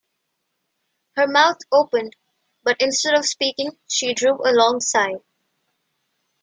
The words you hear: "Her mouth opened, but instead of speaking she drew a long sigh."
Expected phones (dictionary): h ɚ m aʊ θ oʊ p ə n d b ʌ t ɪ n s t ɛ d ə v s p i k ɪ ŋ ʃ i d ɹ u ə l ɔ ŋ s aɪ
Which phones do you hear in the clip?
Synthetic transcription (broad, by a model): h ɚ m aʊ t oʊ p ə n d b ʌ t ɪ n s t ɛ d ə v s p i k ɪ ŋ ʃ i d ɹ u ə l ɔ ŋ s aɪ